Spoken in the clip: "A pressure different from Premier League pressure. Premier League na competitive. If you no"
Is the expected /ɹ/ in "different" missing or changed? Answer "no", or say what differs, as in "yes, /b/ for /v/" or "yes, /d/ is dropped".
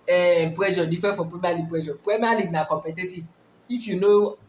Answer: yes, /ɹ/ is dropped